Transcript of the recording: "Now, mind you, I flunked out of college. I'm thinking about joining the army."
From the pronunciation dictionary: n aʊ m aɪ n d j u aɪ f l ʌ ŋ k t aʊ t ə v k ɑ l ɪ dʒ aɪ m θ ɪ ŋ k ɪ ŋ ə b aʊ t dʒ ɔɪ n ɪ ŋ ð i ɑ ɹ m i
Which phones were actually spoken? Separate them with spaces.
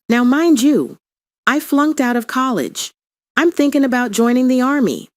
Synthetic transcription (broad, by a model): n aʊ m aɪ n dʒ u aɪ f l ʌ ŋ k t aʊ t ə v k ɑ l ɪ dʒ aɪ m θ ɪ ŋ k ɪ ŋ ə b aʊ t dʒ ɔɪ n ɪ ŋ ð i ɑ ɹ m i